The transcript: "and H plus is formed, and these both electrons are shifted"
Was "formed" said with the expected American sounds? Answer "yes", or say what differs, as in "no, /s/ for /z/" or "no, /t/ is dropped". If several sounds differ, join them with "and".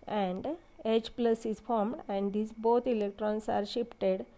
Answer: yes